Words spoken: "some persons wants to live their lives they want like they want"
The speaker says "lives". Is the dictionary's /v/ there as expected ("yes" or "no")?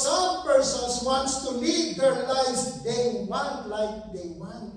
no